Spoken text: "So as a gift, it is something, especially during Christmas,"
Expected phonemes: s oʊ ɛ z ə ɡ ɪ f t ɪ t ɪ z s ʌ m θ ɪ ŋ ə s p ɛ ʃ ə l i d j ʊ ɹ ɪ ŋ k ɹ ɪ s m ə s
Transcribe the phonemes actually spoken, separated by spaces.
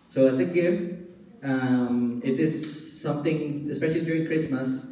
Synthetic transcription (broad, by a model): s oʊ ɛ s ə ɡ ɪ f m ɪ t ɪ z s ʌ m t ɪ ŋ ə s p ɛ ʃ ə l i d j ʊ ɹ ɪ ŋ k ɹ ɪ s m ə s